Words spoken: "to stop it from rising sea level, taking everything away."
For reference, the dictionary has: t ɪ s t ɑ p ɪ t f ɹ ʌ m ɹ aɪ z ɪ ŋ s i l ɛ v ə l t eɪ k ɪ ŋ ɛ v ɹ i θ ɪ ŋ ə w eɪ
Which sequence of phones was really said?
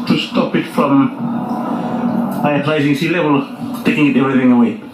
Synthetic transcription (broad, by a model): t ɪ s t ɑ p ɪ t f ɹ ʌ m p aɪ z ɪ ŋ s i l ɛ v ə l t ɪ k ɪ ŋ ɛ v ɹ i θ ɪ ŋ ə w eɪ